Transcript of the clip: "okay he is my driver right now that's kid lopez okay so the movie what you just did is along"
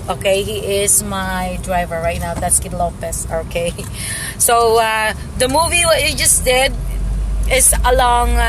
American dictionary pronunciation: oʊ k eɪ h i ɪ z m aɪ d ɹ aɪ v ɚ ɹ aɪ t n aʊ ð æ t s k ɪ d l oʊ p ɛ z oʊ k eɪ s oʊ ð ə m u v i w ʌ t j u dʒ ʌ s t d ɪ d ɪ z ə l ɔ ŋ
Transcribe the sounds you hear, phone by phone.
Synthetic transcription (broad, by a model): oʊ k eɪ h i ɪ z m aɪ d ɹ aɪ v ɚ ɹ aɪ t n aʊ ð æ t s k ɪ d l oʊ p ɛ s oʊ k eɪ s oʊ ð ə m u v i w ʌ t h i dʒ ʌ s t d ɪ d ɪ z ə l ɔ ŋ